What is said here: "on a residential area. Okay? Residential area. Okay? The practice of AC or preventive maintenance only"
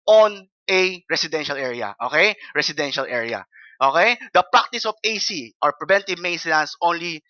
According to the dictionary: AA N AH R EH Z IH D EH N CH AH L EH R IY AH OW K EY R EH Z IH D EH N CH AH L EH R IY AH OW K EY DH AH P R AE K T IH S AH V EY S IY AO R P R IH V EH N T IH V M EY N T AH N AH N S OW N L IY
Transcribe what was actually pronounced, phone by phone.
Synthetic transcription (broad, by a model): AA N AH R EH S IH D EH N SH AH L EH R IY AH OW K EY R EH S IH D EH N SH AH L EH R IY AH OW K EY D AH P R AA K T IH S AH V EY S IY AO R P R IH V EH N T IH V M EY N S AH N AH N S OW N L IY